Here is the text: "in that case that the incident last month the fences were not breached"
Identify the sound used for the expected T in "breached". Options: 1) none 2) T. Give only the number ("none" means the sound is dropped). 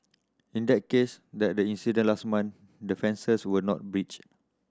1